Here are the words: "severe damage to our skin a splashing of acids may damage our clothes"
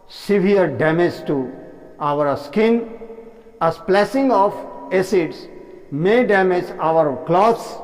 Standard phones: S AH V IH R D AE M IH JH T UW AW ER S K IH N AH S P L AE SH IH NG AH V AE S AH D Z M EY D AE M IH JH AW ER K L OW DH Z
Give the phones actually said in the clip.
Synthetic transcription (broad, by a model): S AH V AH R D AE M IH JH T UW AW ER S K IH N AH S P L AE S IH NG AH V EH S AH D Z M EY D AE M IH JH AW ER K L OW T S